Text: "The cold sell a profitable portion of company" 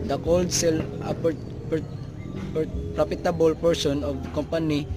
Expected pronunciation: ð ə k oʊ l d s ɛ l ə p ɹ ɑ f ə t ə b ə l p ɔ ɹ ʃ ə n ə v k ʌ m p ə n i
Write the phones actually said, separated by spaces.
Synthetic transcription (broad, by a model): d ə k oʊ l d s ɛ l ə p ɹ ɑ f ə t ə b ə l p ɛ ɹ s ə n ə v k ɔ m p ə n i